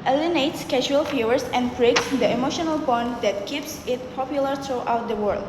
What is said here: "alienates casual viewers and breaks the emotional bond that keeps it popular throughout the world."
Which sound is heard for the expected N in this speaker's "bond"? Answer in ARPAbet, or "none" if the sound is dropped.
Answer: N